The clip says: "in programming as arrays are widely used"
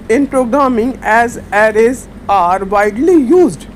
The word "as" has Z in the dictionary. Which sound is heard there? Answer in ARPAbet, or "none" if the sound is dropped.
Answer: Z